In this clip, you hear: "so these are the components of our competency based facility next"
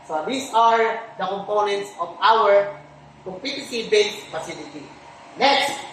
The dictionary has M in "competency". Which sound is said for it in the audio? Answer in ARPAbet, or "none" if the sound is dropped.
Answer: none